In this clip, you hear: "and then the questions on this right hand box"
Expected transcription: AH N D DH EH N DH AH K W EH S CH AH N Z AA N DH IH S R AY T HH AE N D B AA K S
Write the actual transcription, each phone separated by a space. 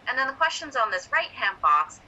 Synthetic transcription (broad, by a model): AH N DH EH N DH AH K W EH S CH AH N Z N DH IH S R AY T HH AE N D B AA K S